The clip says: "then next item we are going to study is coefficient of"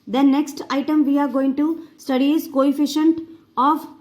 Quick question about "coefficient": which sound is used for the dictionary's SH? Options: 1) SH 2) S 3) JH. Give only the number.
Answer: 1